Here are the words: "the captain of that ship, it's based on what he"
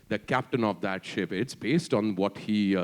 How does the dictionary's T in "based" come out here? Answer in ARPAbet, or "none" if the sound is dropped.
T